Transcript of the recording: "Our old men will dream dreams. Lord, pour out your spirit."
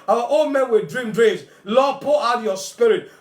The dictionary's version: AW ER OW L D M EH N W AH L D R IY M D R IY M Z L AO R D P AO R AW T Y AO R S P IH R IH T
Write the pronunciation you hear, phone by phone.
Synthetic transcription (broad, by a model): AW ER OW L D M EH N W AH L D R IY M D R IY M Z L AO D P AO L AW T Y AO S P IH R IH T